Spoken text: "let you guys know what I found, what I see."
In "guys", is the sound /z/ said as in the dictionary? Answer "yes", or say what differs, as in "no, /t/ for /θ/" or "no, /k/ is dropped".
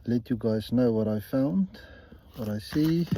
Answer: yes